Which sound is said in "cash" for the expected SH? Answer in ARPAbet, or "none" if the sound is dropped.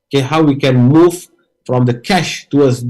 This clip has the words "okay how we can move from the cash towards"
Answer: SH